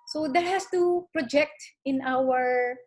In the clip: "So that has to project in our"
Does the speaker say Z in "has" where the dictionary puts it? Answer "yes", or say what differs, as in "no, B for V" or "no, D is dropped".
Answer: no, S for Z